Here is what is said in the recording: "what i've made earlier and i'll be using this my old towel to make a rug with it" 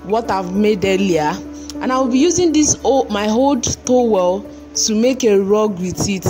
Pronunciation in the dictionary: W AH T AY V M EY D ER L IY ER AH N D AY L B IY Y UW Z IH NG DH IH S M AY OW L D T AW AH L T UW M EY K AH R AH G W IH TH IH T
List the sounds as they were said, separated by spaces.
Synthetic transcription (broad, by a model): W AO T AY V M EY D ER L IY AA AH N AY W B IY Y UW Z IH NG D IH S M AY OW L D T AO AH L T UW M EY K AH R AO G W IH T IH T